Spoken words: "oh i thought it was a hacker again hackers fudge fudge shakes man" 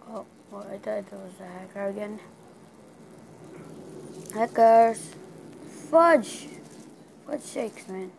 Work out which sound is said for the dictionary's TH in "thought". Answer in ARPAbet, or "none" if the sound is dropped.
T